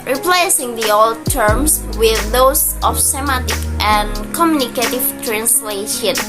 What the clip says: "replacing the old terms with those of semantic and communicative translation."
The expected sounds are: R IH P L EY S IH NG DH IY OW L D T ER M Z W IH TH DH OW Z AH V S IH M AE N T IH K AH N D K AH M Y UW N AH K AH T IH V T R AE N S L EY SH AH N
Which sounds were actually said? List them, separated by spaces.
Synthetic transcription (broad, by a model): R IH P L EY S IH NG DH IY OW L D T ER M S W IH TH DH OW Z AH F S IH M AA T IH K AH N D K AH M Y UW N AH K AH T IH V T R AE N S L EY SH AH N